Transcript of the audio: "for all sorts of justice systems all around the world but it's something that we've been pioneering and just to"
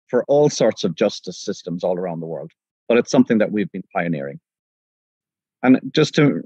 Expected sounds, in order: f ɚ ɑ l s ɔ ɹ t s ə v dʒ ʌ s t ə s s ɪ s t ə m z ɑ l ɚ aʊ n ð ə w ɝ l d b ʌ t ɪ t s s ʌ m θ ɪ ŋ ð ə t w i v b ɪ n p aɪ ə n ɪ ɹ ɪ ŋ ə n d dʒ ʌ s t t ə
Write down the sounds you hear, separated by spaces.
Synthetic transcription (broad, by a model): f ɚ ɑ l s ɔ ɹ t s ə v dʒ ʌ s t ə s s ɪ s t ə m z ɑ l ɚ aʊ n ð ə w ɝ l d b ʌ t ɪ t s s ʌ m θ ɪ ŋ ð ə t w i v b ɪ n p aɪ ə n ɪ ɹ ɪ ŋ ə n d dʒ ʌ s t t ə